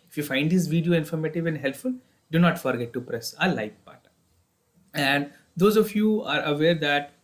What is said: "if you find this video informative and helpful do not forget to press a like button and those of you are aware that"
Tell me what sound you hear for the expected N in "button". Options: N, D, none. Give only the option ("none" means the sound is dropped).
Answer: none